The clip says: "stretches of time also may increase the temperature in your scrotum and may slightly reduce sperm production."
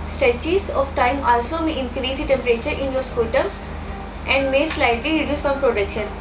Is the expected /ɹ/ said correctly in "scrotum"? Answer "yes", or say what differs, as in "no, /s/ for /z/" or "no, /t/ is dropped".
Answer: no, /ɹ/ is dropped